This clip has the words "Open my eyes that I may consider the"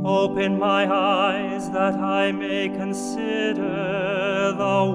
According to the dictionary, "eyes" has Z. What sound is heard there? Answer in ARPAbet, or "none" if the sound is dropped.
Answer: Z